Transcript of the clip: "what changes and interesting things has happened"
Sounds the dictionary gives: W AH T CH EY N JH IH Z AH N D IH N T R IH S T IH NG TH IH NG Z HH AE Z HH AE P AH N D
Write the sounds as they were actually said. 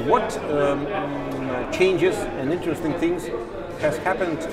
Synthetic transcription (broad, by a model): W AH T CH EY N JH IH Z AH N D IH N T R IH S T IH NG TH IH NG Z HH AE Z HH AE P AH N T